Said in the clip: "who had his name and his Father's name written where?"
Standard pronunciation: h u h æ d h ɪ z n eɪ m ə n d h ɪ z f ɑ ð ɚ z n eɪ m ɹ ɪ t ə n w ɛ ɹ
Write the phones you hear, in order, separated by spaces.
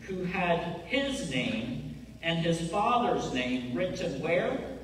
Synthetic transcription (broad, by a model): h u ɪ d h ɪ z n eɪ m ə n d ɪ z f ɑ ð ɚ z n eɪ m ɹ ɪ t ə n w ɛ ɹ